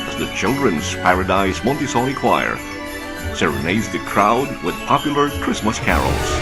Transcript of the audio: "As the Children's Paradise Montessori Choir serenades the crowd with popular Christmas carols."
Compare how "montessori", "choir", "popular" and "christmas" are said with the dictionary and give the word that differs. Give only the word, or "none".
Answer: montessori